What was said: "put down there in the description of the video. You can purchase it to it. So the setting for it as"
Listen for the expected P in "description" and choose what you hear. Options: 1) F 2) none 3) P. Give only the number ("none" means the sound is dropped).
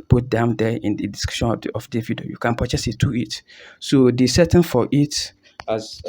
2